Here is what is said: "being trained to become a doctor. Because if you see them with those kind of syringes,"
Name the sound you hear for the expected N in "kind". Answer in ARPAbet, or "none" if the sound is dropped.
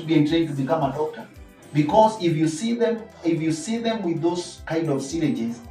N